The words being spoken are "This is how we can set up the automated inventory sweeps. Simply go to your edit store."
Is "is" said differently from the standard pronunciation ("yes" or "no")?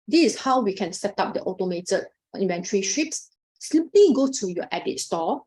yes